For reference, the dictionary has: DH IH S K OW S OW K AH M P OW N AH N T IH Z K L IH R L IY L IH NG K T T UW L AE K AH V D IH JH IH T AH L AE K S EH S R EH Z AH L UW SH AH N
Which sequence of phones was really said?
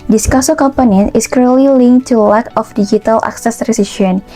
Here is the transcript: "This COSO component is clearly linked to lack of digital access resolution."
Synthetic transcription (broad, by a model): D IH S K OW S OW K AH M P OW N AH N IH S K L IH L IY L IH NG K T T UW L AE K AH F D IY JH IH T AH L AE K S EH S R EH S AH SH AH N